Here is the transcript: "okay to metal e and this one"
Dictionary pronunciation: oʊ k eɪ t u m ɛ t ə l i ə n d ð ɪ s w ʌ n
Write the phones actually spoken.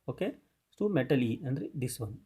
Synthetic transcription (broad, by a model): oʊ k eɪ s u m ɛ t ə l i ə n d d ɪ s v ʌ n